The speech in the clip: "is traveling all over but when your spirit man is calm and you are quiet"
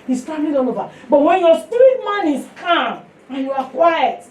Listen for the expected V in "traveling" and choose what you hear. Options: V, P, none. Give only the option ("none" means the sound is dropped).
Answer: none